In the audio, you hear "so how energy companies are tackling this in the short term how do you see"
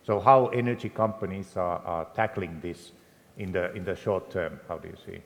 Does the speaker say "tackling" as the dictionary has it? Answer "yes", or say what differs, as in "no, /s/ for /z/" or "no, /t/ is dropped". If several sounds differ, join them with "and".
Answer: yes